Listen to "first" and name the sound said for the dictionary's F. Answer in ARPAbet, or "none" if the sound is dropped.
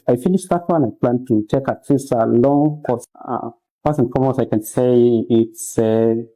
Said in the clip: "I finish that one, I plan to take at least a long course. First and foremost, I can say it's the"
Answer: P